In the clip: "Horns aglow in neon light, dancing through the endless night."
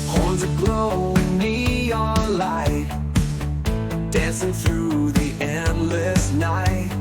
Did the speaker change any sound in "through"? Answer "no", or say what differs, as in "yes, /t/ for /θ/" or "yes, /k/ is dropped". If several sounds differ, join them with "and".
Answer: no